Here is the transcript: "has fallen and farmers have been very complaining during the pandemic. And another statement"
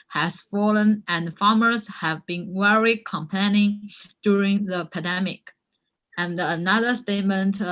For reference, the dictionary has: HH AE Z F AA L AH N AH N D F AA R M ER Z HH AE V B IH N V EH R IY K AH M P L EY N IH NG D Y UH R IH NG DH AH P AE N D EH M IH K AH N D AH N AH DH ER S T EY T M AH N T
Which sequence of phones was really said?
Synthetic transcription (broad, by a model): HH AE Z F AA L AH N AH N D F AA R M ER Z HH AE V B IH N W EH R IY K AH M P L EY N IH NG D Y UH R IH NG DH AH P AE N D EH M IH K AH N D AH N AH DH ER S T EY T M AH N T